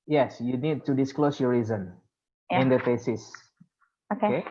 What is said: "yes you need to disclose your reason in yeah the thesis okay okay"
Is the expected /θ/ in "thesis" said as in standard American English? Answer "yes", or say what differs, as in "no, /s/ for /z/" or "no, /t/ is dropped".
no, /f/ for /θ/